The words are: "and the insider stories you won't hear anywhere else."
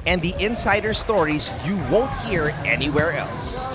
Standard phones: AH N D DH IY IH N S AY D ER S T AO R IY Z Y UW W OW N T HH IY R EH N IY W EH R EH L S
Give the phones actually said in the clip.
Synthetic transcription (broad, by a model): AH N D DH IY IH N S AY D ER S T AO R IY Z Y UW W OW N T HH IY R EH N IY W EH R EH L S